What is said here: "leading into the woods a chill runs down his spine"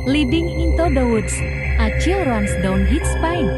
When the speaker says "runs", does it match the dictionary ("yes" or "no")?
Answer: no